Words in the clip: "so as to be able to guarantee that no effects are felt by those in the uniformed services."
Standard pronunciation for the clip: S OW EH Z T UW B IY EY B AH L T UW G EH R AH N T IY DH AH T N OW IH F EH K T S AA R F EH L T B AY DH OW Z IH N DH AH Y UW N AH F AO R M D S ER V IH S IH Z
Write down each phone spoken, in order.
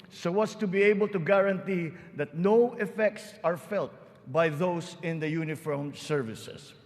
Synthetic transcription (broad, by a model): S OW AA S T UW B IY EY B AH L T UW G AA R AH N T IY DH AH T N OW IH F EH K T S AA R F EH L T B AY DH OW S IH N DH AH Y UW N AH F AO R M S ER V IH S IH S